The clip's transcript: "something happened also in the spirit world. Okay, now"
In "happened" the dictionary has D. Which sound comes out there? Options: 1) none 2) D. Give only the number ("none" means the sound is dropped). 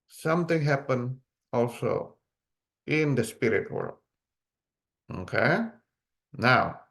1